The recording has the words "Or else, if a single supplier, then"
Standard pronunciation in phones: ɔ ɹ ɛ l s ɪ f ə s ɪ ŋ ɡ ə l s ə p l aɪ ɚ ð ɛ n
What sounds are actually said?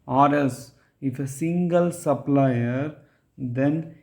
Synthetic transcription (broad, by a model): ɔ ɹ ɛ s ɪ f ə s ɪ ŋ ɡ ə l s ə p l aɪ ɚ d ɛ n